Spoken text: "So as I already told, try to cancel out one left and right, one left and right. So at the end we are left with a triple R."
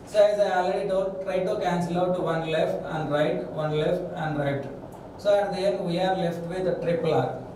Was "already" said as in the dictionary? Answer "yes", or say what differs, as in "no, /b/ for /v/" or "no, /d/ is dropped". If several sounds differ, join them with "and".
no, /l/ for /ɹ/